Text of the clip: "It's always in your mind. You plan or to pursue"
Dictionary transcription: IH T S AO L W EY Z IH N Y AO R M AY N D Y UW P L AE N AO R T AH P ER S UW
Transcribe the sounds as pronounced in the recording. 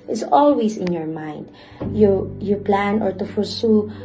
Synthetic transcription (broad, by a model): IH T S AO L W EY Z IH N Y AO R M AY N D Y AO P L AE N AO R T AH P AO S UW